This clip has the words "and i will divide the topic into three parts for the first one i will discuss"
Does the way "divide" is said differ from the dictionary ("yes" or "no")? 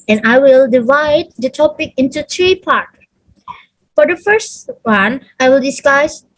no